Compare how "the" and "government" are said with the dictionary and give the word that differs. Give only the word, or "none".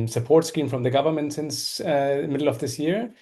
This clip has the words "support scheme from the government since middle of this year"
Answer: none